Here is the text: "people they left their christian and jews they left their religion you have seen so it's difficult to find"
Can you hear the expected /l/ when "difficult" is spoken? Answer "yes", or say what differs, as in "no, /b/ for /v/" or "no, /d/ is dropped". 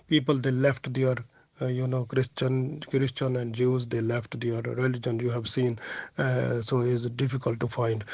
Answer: yes